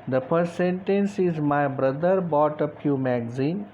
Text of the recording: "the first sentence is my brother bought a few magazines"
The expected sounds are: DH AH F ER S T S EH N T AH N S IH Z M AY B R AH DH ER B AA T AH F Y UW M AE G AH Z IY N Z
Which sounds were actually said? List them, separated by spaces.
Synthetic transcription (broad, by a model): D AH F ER S T S EH N T AH N S IH Z M AY B R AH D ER B AA T AH P Y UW M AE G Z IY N